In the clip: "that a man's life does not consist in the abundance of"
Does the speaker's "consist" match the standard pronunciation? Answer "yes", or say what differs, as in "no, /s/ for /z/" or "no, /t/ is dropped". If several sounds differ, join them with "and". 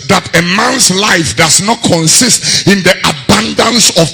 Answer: yes